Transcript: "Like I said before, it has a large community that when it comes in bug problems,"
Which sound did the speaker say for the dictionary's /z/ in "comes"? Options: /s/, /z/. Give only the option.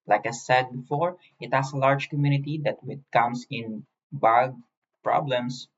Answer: /s/